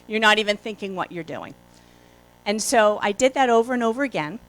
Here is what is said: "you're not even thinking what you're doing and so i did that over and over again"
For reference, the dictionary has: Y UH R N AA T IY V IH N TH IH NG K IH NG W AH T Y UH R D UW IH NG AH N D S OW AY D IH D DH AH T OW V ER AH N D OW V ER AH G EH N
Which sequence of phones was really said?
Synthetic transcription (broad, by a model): Y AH R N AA T IY V IH N TH IH NG K IH NG W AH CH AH R D UW IH NG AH N S OW AY D IH D DH AH T OW V ER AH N OW V ER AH G EH N